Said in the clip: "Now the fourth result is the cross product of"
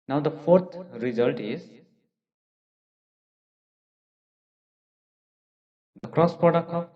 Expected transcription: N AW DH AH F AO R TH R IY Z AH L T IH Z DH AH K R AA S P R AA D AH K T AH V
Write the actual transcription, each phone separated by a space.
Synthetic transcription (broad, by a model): N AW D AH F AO R T R IY Z AH L T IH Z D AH K R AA S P AA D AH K AH